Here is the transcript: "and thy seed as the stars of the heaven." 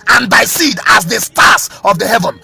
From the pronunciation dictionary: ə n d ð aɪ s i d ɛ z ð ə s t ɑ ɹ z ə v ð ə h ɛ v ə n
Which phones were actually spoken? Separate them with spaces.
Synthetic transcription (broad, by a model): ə n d aɪ s i d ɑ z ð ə s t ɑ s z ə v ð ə h ɛ v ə n